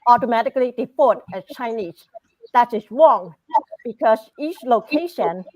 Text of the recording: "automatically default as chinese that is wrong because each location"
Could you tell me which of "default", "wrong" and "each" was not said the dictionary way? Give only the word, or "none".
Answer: default